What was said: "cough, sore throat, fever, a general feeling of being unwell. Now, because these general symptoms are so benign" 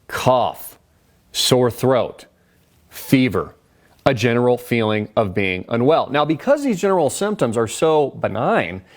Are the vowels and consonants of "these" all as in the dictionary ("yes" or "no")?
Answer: yes